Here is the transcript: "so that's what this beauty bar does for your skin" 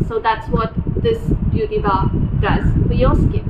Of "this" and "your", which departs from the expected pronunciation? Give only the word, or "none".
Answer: your